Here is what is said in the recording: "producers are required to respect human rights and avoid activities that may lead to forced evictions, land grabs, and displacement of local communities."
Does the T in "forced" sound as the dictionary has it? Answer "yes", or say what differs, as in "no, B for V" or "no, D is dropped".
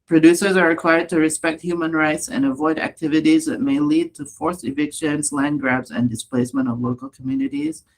no, T is dropped